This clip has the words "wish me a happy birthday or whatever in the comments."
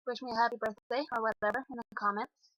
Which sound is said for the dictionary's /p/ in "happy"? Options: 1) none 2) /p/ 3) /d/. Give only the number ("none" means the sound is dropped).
2